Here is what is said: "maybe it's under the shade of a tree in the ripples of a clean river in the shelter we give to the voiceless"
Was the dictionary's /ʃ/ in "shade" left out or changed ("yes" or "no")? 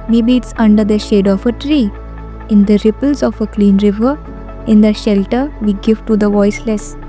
no